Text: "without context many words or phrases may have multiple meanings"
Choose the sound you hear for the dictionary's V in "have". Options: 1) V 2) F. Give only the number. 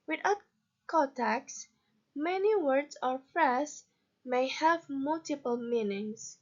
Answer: 1